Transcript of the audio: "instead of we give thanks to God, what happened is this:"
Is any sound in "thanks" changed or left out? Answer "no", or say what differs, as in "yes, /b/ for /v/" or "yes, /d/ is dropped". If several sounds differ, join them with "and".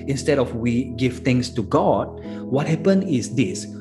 yes, /t/ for /θ/ and /k/ is dropped